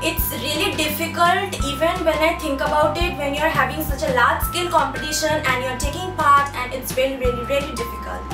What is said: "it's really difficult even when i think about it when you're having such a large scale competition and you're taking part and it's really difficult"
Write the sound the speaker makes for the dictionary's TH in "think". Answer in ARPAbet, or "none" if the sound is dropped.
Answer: T